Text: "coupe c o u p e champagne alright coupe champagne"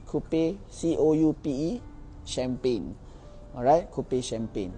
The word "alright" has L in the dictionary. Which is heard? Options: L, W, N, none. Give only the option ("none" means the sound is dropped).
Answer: none